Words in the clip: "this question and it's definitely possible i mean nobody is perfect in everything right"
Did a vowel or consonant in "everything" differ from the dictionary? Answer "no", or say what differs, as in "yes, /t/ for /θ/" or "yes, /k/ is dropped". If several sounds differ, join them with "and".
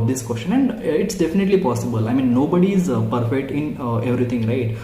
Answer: yes, /t/ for /θ/